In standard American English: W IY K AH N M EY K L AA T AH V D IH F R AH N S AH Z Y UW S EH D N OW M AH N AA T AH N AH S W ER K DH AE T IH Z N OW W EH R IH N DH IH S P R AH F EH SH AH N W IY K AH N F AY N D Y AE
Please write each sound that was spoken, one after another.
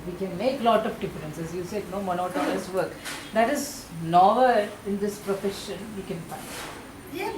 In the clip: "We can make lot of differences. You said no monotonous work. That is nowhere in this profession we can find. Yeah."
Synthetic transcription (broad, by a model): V IY K AH N M EY K L AA T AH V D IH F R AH N S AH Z Y UW S EH D N OW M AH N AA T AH L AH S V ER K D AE T IH Z N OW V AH L IH N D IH S P R AH F EH SH AH N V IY K AH N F AY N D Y